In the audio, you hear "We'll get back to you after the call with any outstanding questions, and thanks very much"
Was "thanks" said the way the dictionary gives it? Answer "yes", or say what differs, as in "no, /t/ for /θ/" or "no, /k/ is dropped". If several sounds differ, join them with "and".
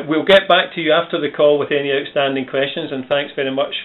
yes